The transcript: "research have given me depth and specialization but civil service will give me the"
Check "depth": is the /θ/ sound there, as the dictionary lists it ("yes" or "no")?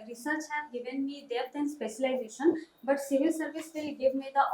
no